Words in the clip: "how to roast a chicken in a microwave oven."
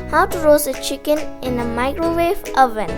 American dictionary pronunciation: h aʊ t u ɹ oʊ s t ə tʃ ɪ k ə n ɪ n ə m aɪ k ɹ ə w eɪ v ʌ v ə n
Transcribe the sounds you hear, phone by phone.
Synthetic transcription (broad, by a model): h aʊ t u ɹ oʊ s ə tʃ ɪ k ə n ɪ n ə m aɪ k ɹ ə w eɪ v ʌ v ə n